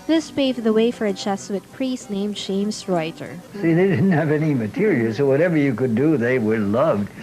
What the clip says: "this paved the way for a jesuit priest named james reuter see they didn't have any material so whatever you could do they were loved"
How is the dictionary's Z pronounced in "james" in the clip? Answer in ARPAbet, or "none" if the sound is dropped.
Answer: S